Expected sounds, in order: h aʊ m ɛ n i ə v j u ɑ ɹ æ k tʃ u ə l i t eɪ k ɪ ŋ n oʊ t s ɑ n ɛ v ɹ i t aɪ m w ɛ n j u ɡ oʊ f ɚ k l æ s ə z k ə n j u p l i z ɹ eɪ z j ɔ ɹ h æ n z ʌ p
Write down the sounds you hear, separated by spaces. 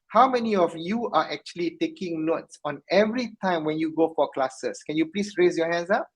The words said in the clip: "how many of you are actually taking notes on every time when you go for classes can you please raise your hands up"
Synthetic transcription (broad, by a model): h aʊ m ɛ n i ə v j u ɑ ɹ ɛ k tʃ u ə l i t eɪ k ɪ ŋ n oʊ t s ɑ n ɛ v ɹ i t aɪ m w ɛ n j u ɡ oʊ f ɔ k l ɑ s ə s k ə n j u p l i s ɹ eɪ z j ɔ h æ n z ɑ p